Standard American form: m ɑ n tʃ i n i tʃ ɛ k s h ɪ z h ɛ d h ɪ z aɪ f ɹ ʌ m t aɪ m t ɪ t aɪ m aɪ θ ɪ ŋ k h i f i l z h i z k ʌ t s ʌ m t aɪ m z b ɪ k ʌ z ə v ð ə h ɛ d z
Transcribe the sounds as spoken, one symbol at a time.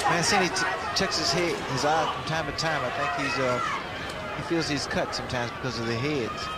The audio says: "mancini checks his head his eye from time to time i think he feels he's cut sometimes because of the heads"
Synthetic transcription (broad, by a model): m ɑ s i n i tʃ ɛ k s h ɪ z h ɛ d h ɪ z aɪ f ɹ ʌ m t aɪ m t ɪ t aɪ m aɪ θ ɪ ŋ k h i f i l z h i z k ʌ t s ʌ m t aɪ m z b ɪ k ʌ z ə v ð ə h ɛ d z